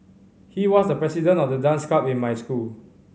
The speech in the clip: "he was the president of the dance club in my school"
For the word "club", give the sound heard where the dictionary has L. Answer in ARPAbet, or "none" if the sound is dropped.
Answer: none